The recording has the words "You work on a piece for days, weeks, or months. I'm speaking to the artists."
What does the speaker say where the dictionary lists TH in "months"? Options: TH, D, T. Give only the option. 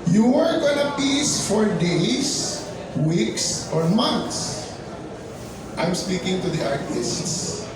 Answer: T